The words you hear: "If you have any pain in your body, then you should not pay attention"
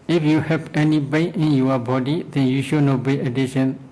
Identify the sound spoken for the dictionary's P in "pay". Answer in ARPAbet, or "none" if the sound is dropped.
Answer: B